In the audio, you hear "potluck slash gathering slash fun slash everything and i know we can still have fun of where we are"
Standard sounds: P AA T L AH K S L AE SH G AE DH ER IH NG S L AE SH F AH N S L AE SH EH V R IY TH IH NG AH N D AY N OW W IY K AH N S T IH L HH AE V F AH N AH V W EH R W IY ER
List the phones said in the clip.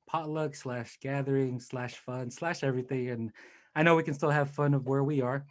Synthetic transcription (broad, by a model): P AA T L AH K S L AE SH G AE DH ER IH NG S L AE SH F AH N S L AE SH EH V R IY TH IH NG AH N AY N OW W IY K AH N S T IH L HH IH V F AH N AH V W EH R W IY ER